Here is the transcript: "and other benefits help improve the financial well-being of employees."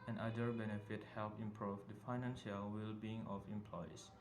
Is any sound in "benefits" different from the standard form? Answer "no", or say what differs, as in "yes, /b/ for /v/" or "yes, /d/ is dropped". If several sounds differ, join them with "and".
yes, /s/ is dropped